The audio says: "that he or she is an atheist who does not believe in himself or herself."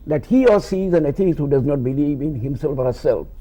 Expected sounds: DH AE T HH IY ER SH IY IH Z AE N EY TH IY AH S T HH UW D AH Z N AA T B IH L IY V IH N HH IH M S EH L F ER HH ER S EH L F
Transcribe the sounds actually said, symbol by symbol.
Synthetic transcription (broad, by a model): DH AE T HH IY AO S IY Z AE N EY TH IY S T HH UW D AH Z N AA T B IH L IY V IH N HH IH M S EH L F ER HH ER S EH L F